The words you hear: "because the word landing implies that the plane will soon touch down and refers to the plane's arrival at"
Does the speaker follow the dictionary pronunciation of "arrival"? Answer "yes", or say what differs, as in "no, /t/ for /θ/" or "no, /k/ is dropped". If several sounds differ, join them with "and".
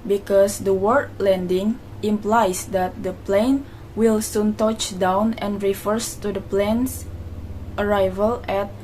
yes